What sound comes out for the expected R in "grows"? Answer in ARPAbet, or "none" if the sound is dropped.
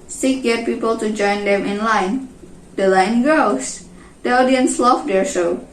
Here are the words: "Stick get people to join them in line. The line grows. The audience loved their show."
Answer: none